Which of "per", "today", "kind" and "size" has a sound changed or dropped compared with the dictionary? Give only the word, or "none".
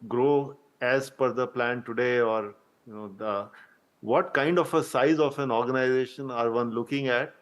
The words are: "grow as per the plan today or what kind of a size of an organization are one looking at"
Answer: per